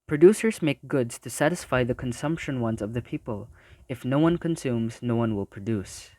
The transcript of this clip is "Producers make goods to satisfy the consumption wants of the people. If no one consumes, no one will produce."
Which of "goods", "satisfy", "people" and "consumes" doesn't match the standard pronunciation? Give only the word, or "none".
none